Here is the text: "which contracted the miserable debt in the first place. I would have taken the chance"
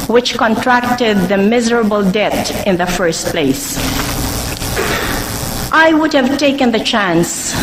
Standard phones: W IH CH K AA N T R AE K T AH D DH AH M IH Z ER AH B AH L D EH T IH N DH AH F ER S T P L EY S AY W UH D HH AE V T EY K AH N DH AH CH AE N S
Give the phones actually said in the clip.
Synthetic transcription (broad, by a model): W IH CH K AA N T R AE K T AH D DH AH M IH Z ER AH B AH L D EH T IH N DH AH F ER S T P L EY S AY W UH D HH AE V T EY K AH N DH AH CH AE N S